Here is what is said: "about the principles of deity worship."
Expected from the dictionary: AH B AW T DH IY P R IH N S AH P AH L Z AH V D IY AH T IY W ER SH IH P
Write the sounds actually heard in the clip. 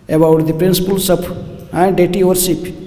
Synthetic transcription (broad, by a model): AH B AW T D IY P R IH N S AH P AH L S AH P D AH T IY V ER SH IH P